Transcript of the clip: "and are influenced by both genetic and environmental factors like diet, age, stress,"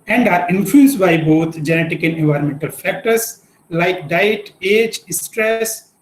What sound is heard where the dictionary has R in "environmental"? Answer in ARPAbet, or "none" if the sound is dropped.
R